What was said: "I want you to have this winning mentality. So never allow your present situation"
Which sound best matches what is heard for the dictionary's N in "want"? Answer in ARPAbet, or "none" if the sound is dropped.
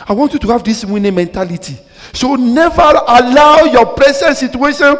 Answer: N